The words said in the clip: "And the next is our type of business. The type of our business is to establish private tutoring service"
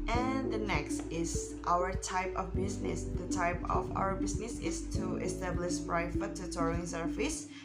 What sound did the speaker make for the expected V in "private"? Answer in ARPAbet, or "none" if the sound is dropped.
F